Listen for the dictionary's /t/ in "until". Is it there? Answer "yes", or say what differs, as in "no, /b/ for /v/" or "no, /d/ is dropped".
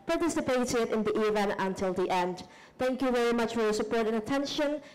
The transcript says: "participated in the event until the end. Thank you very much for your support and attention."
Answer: yes